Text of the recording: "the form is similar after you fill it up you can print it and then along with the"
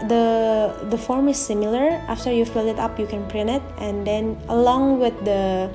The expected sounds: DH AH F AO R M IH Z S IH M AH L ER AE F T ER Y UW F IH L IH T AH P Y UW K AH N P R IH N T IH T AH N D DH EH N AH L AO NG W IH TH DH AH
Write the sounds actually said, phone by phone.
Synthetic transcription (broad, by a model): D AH F AO R M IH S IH M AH L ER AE F T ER Y UW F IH L IH T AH P Y UW K AH N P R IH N IH T AH N D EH N AH L AO NG W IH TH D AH